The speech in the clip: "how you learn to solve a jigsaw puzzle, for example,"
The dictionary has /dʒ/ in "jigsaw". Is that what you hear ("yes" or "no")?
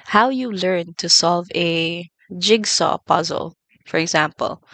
yes